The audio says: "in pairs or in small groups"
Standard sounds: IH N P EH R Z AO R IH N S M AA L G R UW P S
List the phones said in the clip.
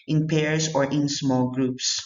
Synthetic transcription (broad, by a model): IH N P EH R S AO R IH N S M AA L G R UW P S